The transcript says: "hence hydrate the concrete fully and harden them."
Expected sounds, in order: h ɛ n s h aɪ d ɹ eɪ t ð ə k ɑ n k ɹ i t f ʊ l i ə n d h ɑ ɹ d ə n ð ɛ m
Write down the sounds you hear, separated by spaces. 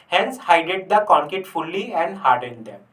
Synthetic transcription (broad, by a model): h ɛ n s h aɪ d eɪ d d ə k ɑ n k i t f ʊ l i ə n d h ɑ ɹ d ə n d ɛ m